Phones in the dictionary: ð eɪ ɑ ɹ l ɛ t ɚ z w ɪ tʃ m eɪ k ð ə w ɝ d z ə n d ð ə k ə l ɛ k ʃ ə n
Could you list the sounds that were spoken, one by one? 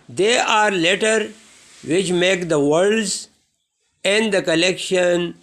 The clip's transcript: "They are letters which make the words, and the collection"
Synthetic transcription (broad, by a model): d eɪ ɑ ɹ l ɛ t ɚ w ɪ tʃ m eɪ k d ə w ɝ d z ə n d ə k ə l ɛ k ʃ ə n